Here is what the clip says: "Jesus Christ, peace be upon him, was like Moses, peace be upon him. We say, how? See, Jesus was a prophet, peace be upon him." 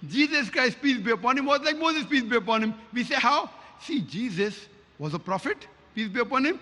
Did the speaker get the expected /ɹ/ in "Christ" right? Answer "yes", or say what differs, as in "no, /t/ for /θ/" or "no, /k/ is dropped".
yes